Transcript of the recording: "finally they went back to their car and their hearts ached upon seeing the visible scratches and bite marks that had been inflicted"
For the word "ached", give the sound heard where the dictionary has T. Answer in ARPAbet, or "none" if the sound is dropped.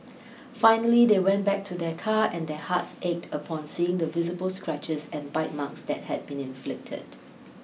T